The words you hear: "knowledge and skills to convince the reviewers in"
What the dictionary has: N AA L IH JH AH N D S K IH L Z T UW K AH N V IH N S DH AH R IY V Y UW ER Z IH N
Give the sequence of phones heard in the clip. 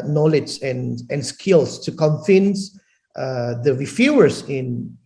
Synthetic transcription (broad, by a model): N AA L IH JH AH N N S K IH L S T UW K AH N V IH N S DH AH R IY F Y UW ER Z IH N